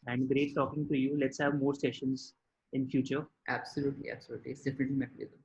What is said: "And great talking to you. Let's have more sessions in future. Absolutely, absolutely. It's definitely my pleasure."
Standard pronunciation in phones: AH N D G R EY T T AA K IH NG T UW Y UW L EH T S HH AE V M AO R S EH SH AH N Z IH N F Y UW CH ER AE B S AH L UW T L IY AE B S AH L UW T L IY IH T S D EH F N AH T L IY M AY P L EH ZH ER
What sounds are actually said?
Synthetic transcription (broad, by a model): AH N D G R EY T T AA K IH NG T UW Y UW L EH T S HH AE V M AO R S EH SH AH N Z IH N F Y UW CH ER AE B S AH L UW T L IY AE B S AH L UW T L IY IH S D EH F N AH T L IY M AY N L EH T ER